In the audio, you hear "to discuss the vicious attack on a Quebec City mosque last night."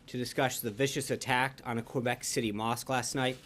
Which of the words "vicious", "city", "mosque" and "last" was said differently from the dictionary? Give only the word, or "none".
none